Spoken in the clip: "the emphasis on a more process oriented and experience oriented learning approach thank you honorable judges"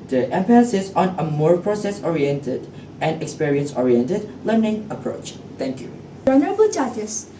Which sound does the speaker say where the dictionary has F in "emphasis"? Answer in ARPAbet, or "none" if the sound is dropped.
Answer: P